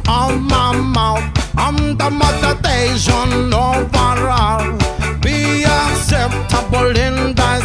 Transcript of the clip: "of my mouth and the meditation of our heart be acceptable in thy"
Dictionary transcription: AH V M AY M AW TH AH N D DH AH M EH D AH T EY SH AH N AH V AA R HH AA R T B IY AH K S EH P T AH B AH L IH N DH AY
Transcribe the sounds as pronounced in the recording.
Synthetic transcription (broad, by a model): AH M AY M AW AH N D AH M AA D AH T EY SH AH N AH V AA R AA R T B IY AH K S EH P T AH B AH L IH N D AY